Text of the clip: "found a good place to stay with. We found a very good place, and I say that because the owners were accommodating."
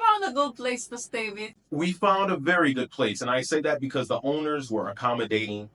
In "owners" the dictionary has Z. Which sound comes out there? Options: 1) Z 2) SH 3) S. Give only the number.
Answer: 1